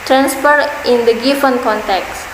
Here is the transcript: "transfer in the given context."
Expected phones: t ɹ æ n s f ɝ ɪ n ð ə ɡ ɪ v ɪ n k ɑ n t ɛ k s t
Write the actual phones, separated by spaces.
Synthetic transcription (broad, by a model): t ɹ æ n s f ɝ ɪ n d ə ɡ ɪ f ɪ n k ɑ n t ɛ k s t